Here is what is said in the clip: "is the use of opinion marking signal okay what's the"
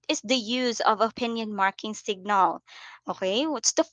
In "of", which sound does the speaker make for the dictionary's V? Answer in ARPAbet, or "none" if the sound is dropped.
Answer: V